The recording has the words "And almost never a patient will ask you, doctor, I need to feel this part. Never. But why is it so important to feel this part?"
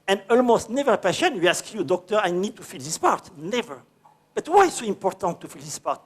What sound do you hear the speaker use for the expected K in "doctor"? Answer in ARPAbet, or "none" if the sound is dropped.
K